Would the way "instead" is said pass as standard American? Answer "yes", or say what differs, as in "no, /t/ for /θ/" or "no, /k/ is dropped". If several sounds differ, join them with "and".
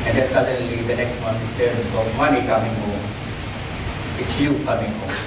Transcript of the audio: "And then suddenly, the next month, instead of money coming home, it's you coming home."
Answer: no, /n/ is dropped